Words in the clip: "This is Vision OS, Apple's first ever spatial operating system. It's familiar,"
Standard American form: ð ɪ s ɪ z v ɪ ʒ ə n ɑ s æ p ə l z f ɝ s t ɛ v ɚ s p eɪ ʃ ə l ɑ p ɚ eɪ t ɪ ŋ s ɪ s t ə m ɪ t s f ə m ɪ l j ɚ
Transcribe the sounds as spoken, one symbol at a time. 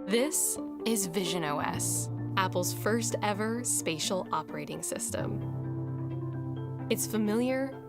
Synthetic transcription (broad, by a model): ð ɪ s ɪ z v ɪ ʒ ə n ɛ s æ p l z f ɝ s t ɛ v ɚ s p eɪ ʃ l ɑ p ɚ eɪ t ɪ ŋ s ɪ s t ə m ɪ t s f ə m ɪ l j ɚ